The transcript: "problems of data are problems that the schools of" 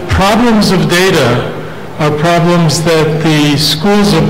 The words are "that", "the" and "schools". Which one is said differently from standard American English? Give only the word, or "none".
none